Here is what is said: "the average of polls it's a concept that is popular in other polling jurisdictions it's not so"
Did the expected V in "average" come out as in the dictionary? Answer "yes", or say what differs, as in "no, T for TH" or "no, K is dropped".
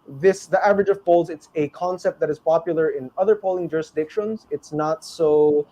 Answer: yes